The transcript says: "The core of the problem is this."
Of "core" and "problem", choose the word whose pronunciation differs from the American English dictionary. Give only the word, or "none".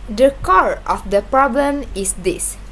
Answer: none